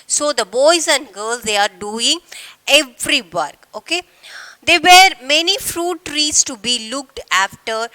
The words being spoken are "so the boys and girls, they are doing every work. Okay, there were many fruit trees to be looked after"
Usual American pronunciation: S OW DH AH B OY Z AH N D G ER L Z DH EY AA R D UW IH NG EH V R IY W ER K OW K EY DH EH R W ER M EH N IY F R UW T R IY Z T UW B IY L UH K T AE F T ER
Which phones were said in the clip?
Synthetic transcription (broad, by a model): S OW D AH B OY Z AH N D G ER L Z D EY AA R D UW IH NG EH V R IY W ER K OW K EY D EH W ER M EH N IY F R UW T R IY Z T UW B IY L UH K T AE F T ER